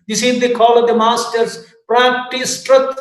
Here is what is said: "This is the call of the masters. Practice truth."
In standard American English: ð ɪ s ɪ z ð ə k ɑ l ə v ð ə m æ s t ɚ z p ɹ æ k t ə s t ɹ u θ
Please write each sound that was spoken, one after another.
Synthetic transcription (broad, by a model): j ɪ s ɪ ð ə k ɑ l ə v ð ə m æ s t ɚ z p ɹ æ k t ə s t ɹ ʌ